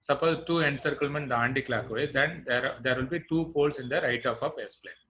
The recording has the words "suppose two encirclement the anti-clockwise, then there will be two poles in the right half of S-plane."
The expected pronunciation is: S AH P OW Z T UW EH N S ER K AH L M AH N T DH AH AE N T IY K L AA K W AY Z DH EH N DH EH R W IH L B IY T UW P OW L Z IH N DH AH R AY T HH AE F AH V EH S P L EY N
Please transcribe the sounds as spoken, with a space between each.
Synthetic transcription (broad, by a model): S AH P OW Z T UW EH N S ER K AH L M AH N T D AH N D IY K L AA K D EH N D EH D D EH R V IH L B IY T UW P OW L S IH N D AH R AY T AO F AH P EH S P L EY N